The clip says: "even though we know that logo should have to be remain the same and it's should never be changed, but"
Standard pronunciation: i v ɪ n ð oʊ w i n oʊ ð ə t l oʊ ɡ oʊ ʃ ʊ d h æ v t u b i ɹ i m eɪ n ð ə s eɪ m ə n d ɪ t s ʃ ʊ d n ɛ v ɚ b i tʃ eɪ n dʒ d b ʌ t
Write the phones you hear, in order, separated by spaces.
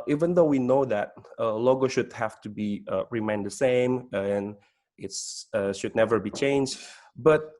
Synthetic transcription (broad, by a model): i v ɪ n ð oʊ w i n oʊ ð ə t l oʊ ɡ oʊ ʃ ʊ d h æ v t u b i ɹ i m eɪ n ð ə s eɪ m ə n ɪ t s ʃ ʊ d n ɛ v ɚ b i tʃ eɪ n dʒ d b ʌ t